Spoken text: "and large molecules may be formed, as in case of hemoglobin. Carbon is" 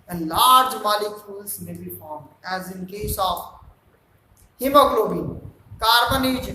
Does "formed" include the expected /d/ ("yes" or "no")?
no